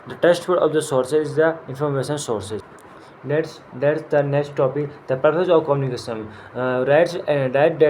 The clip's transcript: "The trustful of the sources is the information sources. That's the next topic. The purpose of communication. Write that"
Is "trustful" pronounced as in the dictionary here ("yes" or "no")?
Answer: no